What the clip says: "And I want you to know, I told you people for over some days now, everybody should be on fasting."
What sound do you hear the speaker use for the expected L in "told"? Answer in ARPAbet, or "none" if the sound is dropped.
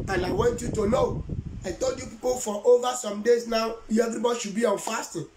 L